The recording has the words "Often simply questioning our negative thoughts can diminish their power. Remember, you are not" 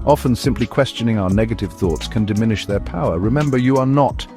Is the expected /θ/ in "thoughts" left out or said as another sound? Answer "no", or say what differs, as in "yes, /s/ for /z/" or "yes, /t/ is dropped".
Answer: no